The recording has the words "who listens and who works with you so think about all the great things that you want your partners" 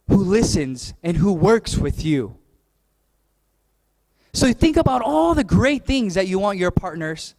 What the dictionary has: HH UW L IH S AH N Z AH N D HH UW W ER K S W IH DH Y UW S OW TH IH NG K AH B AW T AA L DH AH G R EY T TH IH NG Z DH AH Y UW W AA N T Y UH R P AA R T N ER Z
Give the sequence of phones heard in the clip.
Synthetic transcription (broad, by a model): HH UW L IH S AH N Z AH N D HH UW W ER K S W IH DH Y UW S OW TH IH NG K AH B AW T AA L DH AH G R EY T TH IH NG Z DH AH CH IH W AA N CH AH R P AA R T N ER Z